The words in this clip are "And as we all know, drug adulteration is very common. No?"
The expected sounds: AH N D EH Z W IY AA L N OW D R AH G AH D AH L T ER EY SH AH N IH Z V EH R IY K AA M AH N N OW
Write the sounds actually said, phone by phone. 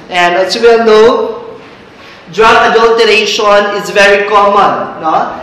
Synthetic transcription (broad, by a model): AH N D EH S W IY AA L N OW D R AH AH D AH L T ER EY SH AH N IH Z V EH R IY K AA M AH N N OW